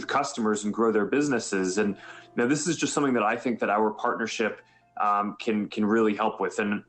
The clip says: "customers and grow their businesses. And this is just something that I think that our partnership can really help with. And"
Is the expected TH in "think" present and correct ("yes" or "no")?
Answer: yes